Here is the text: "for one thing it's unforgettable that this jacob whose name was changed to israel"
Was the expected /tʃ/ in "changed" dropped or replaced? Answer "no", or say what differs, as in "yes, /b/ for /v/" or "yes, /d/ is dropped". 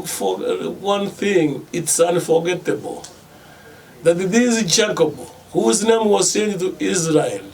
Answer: yes, /s/ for /tʃ/